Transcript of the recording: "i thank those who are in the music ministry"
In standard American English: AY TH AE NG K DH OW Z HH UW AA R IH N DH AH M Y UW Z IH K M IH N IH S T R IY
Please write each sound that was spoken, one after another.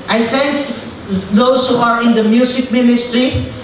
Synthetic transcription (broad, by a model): AY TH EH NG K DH OW S HH UW AA R IH N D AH M Y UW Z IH K M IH N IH S T R IY